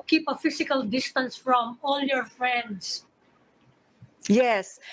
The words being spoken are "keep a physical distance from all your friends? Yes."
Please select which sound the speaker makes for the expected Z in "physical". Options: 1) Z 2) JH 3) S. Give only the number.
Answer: 3